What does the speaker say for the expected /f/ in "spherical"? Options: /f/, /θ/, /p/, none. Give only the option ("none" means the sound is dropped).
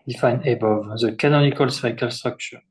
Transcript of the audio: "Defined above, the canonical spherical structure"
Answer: none